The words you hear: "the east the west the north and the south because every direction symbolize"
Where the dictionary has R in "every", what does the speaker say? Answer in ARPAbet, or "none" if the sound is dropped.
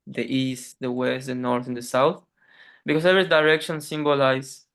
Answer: none